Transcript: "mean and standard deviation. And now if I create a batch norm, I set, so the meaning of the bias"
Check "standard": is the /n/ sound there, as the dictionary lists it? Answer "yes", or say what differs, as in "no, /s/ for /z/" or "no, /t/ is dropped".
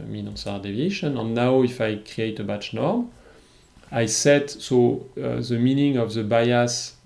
no, /n/ is dropped